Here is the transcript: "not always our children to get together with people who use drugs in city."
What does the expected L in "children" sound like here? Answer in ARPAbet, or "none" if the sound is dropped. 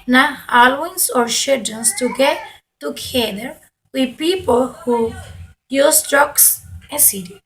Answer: none